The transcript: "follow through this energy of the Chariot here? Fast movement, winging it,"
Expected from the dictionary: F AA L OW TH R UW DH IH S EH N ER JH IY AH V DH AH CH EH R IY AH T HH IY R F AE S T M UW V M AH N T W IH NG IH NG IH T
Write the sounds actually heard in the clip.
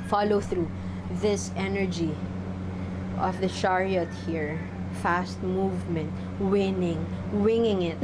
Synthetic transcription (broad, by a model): F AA L OW TH R UW DH IH S EH N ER JH IY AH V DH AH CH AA R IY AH T HH IY R F AE S T M UW V M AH N T W IH NG IH NG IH T